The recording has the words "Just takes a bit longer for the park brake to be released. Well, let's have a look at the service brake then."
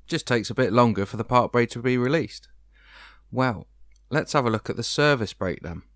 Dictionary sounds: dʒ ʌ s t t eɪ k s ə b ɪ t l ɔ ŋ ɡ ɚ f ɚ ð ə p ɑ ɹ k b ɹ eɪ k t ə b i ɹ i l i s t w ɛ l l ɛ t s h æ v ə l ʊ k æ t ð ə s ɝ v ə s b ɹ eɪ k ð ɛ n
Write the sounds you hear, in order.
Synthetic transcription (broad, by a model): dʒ ʌ s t t eɪ k s ə b ɪ t l ɔ ŋ ɡ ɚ f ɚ ð ə p ɑ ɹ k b ɹ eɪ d t ə b i ɹ i l i s t w ɛ l l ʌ t s h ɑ v ə l ʊ k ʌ t ð ə s ɝ v ə s b ɹ eɪ k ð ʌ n